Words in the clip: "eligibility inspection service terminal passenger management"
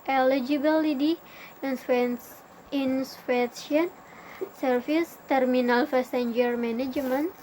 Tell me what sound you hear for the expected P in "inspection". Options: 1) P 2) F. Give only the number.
2